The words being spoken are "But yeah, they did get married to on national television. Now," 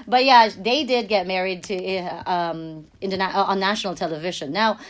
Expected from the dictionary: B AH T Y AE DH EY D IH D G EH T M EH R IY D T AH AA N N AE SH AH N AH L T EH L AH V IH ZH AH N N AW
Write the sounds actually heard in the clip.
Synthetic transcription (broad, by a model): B AH T Y AE DH EY D IH D G EH T M EH R IY D T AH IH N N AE AH N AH L T EH L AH V IH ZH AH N N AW